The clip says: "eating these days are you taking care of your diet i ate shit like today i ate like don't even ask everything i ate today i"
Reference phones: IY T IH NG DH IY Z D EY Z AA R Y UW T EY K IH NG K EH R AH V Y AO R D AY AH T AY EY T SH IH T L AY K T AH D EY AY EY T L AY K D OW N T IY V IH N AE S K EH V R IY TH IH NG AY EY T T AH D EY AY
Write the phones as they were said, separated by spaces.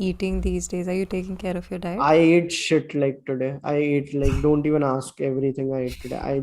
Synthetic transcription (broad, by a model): IY T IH NG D IY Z D EY Z AA R Y UW T EY K IH NG K EH R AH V Y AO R D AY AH AY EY T SH IH T L AY K T AH D EY AY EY T L AY K D OW N T IY V IH N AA S K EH V R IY T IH NG AY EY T T AH D EY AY